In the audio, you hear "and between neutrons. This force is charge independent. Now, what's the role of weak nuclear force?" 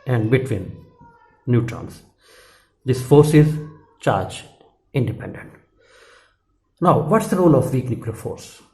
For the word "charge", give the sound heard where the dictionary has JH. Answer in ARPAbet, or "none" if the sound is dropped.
JH